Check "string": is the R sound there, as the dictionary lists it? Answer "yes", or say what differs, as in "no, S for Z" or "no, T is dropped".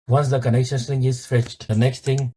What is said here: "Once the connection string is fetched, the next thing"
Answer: no, R is dropped